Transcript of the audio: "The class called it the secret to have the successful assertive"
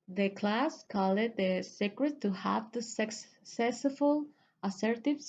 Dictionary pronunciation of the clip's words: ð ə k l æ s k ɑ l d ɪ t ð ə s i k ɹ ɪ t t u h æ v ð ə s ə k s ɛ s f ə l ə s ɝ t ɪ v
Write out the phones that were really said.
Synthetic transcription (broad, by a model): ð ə k l æ s k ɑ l ɪ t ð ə s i k ɹ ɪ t t u h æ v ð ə s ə k s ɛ s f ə l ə s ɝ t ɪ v